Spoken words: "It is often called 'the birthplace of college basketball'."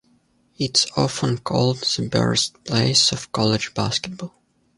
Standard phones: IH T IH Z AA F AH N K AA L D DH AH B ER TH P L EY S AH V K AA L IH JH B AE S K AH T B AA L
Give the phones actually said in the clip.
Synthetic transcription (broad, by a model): IH T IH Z AA F AH N K AA L D DH AH B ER T P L EY S AH V K AA L IH JH B AE S K AH T B AA L